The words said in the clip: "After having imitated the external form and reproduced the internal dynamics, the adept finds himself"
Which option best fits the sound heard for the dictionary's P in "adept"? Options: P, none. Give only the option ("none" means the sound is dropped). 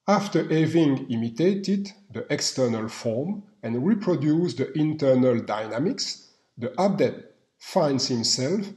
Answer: none